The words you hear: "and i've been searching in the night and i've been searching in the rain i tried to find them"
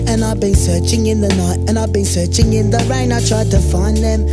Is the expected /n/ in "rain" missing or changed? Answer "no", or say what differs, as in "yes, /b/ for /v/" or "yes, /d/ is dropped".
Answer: no